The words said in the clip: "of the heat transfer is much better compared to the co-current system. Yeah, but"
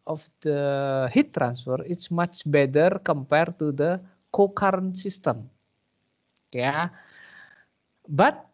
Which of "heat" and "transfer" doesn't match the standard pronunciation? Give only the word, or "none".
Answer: none